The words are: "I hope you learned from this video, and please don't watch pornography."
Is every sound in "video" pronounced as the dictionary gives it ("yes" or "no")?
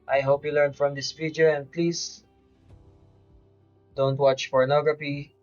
no